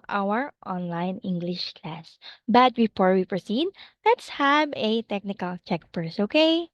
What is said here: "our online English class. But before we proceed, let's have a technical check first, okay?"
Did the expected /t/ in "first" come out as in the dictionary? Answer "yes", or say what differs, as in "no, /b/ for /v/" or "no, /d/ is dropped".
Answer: no, /t/ is dropped